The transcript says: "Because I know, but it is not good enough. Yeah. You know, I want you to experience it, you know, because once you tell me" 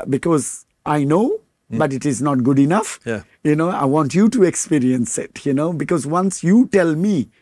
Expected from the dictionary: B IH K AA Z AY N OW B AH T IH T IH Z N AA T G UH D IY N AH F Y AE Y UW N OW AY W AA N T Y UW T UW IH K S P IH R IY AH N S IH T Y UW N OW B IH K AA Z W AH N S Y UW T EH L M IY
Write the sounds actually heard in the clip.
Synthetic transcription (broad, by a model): B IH K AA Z AY N OW B AH T IH T IH Z N AA T G UH D IY N AH F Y Y UW N OW AY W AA N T Y UW T UW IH K S P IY R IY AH N S IH T Y UW N OW B IH K AA Z W AH N S Y UW T EH L M IY